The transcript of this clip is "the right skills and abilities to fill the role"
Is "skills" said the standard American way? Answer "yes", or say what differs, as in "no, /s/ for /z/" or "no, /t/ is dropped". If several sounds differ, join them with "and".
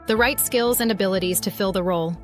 yes